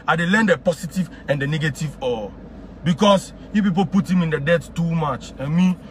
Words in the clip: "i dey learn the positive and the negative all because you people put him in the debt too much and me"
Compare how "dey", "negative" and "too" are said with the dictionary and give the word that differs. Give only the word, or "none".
none